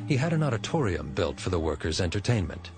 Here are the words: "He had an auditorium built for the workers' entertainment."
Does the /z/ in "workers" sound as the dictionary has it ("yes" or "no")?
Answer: yes